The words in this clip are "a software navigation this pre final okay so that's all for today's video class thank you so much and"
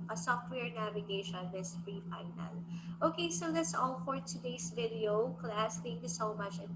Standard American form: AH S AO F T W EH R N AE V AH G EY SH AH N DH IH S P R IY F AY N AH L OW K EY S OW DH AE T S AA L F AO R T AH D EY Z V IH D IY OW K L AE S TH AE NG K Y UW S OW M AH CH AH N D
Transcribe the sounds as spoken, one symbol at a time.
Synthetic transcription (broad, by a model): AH S AO F T W EH R N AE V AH G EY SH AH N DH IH S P R IY F AY N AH L OW K EY S OW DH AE T S AA L F AO R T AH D EY S V IH D IY OW K L AE S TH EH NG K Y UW S OW M AH CH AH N